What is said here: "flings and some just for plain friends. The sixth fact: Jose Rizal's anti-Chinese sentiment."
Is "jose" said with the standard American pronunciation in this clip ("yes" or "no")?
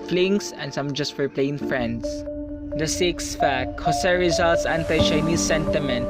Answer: no